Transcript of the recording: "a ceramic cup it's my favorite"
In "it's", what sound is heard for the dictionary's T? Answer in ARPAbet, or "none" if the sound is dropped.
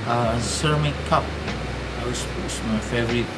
S